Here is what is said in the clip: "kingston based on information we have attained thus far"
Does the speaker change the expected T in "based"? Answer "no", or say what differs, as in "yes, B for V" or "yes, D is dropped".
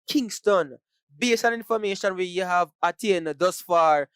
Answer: yes, T is dropped